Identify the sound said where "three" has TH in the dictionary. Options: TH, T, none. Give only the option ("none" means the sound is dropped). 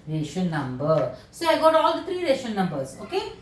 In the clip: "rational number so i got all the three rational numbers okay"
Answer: T